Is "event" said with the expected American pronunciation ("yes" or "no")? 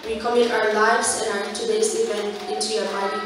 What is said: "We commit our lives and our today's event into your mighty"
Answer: no